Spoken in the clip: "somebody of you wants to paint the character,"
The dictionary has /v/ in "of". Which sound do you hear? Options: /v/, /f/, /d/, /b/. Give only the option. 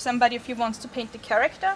/f/